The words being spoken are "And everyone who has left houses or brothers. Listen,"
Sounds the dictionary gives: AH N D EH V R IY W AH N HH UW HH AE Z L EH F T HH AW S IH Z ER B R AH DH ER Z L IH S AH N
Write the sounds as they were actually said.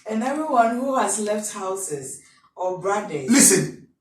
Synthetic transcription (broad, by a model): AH N EH V R IY W AH N HH UW HH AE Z L EH F T HH AW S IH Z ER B R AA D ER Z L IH S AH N